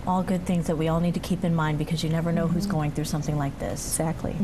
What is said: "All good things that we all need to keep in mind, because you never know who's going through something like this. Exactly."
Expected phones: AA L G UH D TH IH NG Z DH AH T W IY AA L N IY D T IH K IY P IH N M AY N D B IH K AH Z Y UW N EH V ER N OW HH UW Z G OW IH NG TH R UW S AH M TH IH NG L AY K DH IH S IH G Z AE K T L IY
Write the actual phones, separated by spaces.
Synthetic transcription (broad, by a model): AA L G UH D TH IH NG Z DH AH T W IY AA L N IY D T IH K IY P IH N M AY N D B IH K AH Z Y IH N EH V ER N OW HH UW Z G OW IH NG TH R UW S AH M TH IH NG L AY K DH IH S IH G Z AE K T L IY